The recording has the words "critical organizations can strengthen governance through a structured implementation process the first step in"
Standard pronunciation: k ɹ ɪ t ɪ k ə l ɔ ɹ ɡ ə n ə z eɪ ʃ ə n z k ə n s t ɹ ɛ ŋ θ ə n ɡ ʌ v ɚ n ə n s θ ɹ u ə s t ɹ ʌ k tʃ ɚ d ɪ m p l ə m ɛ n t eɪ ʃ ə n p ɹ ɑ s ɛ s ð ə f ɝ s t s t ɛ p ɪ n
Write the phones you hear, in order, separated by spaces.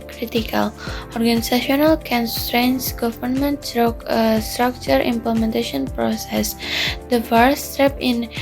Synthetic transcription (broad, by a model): k ɹ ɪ t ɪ k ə l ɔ ɹ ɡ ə n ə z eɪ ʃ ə n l k ə n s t ɹ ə n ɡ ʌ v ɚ n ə n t s t ɹ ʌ k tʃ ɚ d ɪ m p l ə m ɛ n t eɪ ʃ ə n p ɹ ɑ s ɛ s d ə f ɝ t s t ɛ p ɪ n